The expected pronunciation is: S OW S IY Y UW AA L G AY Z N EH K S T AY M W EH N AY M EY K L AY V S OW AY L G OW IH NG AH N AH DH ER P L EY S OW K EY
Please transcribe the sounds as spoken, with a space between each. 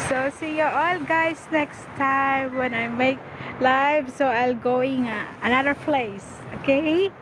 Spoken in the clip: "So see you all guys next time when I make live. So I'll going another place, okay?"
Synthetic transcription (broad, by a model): S OW S IY Y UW AA L G AY S N EH K S T AY M W EH N AY M EY K L AY V S OW AY L G OW IH NG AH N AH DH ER P L EY S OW K EY